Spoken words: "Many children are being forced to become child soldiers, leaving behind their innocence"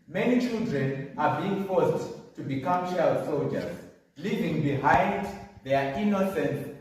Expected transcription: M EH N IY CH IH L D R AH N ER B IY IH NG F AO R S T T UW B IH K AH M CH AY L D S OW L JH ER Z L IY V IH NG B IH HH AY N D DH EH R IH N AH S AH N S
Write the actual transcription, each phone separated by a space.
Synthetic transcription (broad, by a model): M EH N IY CH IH L D R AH N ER B IY IH NG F AO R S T T UW B IH K AH M SH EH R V S OW L JH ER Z L IY V IH NG B IH HH AY N D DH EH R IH N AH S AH N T